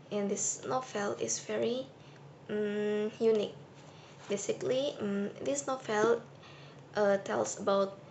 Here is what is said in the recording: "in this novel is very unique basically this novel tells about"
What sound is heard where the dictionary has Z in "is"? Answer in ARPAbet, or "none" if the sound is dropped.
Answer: S